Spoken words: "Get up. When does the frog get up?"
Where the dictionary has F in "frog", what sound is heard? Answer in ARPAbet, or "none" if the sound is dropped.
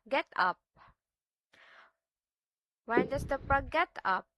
P